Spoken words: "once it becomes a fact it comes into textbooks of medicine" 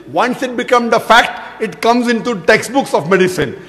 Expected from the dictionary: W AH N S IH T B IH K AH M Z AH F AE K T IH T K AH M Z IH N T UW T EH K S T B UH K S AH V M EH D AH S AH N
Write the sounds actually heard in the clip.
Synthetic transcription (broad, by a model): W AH N S IH T B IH K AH M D AH F AE K T IH T K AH M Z IH N T UW T EH K S T B UH K S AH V M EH D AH S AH N